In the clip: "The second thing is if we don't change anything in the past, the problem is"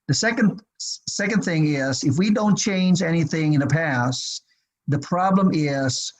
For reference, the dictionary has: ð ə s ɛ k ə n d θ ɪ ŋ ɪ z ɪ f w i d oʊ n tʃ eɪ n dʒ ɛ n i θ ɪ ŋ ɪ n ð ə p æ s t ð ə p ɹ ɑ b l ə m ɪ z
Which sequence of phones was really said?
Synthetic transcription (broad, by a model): ð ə s ɛ k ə n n θ ɪ ŋ ɪ z ɪ f w i d oʊ n tʃ eɪ n dʒ ɛ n i θ ɪ ŋ ɪ n ð ə p æ s ð ə p ɹ ɑ b l ə m ɪ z